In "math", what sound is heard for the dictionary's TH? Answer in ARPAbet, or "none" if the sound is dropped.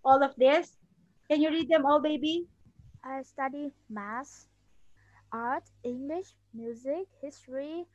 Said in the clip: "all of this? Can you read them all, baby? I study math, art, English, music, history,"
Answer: S